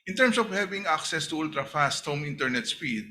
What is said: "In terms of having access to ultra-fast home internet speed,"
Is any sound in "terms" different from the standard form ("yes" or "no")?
yes